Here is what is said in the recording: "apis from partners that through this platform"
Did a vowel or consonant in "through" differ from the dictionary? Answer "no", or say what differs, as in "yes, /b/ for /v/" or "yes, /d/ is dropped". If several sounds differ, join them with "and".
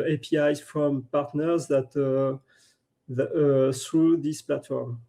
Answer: yes, /s/ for /θ/